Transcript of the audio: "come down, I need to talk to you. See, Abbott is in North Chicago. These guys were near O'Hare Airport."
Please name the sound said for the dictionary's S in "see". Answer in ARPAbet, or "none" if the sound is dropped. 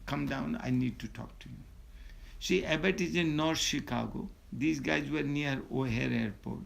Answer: SH